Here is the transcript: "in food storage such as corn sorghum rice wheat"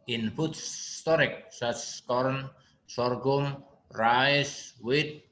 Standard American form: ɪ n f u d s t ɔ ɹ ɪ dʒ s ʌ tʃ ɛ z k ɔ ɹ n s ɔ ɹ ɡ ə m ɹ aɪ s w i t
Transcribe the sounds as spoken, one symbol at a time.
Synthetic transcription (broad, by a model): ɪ n p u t s t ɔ ɹ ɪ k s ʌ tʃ k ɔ ɹ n s ɔ ɹ ɡ ə m ɹ aɪ s w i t